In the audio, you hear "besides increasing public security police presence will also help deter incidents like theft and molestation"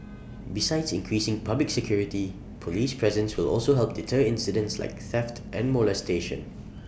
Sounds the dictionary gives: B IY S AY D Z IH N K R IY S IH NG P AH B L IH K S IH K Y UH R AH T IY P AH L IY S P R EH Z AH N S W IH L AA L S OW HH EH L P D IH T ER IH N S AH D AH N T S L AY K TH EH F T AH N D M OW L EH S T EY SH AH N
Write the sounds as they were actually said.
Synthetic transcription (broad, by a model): B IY S AY D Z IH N K R IY S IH NG P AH B L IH K S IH K Y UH R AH T IY P AH L IY S P R EH Z AH N S W IH L AA L S OW HH EH L P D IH T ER IH N S AH D AH N T S L AY K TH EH F T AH N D M OW L EH S T EY SH AH N